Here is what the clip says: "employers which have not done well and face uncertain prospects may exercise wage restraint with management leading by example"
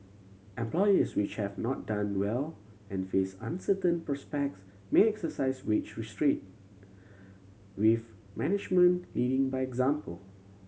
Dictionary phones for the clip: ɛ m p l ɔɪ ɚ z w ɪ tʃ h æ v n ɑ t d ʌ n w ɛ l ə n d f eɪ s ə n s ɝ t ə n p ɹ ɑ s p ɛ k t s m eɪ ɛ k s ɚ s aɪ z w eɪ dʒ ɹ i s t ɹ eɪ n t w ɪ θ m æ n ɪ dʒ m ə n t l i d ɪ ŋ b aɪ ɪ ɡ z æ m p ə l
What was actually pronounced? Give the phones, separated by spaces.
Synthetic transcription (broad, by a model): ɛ m p l ɔɪ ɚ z w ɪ tʃ h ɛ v n ɑ t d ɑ n w ɛ l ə n f eɪ s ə n s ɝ t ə n p ɹ ɑ s p ɛ k t s m eɪ ɛ k s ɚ s aɪ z w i tʃ ɹ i s t ɹ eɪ t w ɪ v m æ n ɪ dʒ m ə n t l i d ɪ ŋ b aɪ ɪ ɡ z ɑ m p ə l